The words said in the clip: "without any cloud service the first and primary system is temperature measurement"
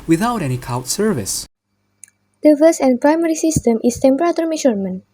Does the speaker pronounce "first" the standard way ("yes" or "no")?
no